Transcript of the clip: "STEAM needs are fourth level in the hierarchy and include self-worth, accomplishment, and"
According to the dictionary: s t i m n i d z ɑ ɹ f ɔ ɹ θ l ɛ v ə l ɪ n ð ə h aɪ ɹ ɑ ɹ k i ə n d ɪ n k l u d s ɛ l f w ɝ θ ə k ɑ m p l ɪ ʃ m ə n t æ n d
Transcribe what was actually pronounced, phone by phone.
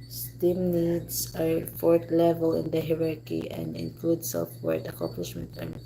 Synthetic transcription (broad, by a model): s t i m n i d s ɑ ɹ f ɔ ɹ t l ɛ v ə l ɪ n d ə h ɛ ɹ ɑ ɹ k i ə n d ɪ n k l u d s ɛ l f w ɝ t ə k ɑ m p l ɪ ʃ m ə n t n